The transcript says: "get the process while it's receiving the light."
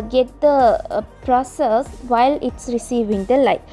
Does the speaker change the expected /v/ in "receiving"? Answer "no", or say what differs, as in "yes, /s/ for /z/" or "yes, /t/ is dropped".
no